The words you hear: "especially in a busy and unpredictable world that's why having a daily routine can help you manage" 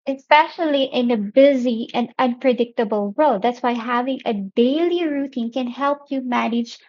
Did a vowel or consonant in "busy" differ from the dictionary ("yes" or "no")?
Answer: no